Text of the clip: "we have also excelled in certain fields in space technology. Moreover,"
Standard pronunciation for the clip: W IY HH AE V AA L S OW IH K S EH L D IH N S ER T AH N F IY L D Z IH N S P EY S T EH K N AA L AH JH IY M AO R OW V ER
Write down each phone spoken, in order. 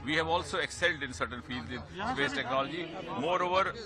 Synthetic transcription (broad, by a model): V IY HH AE V AA L S OW IH K S EH L D IH N S ER T AH N F IY L D Z IH N S P EY S T EH K N AA L AH JH IY M AO R OW V ER